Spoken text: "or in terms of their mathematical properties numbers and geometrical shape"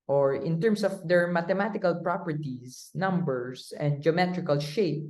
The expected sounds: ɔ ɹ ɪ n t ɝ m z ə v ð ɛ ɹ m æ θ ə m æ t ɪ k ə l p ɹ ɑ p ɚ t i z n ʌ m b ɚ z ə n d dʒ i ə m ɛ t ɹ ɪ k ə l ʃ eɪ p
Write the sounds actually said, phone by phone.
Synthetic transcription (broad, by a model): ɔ ɹ ɪ n t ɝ m s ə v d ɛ ɹ m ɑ t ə m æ t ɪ k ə l p ɹ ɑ p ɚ t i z n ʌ m b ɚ s ə n d dʒ i ə m ɛ t ɹ ɪ k ə l ʃ eɪ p